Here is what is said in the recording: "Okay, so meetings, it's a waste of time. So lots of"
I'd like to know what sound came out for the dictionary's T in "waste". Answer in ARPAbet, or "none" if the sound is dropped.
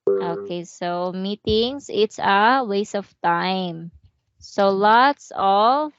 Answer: none